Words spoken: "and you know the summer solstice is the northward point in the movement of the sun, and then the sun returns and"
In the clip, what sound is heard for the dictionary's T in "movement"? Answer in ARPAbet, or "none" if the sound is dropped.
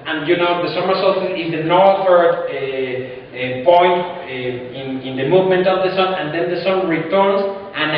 T